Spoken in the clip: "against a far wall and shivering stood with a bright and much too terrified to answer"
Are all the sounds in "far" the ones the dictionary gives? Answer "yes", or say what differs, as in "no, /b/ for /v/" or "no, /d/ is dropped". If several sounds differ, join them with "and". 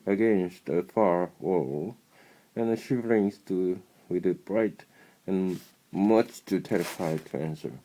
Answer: yes